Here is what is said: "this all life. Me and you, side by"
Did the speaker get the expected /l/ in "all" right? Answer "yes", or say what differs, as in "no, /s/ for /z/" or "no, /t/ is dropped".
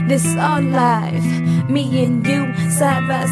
no, /n/ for /l/